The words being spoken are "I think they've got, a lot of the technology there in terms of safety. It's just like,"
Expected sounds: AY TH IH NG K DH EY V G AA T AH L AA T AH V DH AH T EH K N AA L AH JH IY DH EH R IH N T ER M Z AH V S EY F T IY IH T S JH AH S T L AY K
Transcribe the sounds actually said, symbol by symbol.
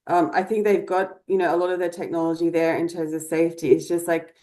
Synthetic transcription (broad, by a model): AY TH IH NG K DH EY V G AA T AH L AA T AH V DH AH T EH K N AA L AH JH IY DH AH R IH N T ER M Z AH V S EY F T IY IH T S JH AH S T L AY K